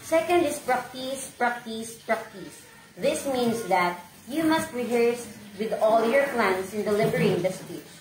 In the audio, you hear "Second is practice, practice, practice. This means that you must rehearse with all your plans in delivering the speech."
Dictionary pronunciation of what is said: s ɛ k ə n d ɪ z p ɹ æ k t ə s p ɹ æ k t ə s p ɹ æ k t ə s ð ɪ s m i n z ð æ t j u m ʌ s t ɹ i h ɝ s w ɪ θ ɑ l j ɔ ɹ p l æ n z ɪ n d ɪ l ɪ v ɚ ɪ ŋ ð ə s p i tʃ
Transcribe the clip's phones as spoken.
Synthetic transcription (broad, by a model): s ɛ k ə n d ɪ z p ɹ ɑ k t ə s p ɹ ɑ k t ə s p ɹ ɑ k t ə s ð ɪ s m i n s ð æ t j u m ʌ s t ɹ i h ɝ s w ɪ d ɑ l j ɔ ɹ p l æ n s ɪ n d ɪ l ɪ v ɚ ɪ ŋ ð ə s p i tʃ